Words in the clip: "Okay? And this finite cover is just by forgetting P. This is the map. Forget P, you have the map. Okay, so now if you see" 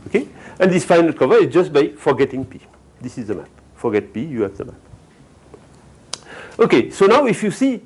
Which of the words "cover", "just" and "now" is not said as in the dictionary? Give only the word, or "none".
none